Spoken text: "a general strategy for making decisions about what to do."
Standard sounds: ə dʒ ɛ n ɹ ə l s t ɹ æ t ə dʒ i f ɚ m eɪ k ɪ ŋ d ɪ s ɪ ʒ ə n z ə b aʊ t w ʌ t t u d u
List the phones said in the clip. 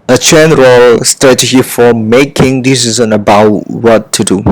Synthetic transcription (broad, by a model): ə tʃ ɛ n ɹ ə l s t ɹ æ t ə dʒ i f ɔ m eɪ k ɪ ŋ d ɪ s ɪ z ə n ə b aʊ t w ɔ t t u d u